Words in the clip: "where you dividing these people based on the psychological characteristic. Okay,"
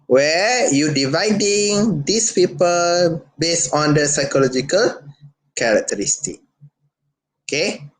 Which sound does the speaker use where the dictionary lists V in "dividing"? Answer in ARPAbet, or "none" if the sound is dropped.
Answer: V